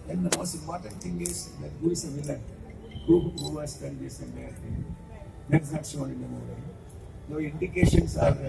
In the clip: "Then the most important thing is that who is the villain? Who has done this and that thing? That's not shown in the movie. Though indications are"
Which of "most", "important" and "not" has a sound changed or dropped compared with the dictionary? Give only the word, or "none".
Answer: none